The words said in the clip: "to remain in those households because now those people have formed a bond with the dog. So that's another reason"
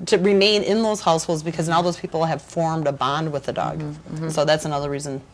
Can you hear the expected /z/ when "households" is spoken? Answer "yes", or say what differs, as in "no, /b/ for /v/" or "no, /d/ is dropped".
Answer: yes